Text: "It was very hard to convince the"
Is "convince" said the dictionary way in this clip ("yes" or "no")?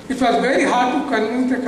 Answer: no